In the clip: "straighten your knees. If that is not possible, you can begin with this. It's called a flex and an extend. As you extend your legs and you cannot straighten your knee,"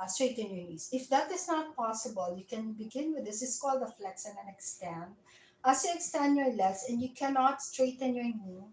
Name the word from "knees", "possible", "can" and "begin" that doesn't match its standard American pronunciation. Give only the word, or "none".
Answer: knees